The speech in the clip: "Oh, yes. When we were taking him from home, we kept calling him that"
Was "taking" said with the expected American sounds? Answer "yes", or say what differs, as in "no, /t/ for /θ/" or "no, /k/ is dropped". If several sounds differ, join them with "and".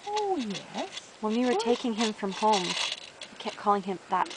yes